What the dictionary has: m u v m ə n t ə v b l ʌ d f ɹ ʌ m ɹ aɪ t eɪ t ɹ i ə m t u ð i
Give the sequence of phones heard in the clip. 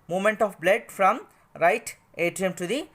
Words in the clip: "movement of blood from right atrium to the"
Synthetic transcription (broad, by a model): m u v m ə n t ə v b l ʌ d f ɹ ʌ m ɹ aɪ t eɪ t i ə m t u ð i